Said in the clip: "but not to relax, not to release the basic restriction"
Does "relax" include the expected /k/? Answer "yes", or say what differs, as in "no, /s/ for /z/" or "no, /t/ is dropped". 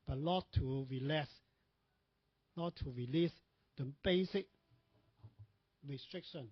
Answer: no, /k/ is dropped